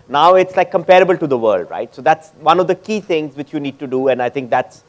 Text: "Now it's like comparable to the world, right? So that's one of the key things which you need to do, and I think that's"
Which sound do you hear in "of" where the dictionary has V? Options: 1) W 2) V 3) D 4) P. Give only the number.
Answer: 2